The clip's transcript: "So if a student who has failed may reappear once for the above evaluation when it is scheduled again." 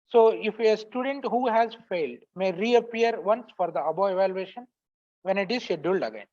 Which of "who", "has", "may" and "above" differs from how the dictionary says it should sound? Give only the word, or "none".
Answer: above